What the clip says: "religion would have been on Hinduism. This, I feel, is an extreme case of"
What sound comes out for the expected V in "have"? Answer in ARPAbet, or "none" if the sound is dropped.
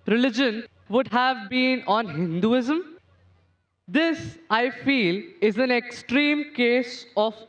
V